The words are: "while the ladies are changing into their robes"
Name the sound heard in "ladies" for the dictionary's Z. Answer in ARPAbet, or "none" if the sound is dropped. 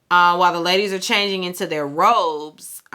Z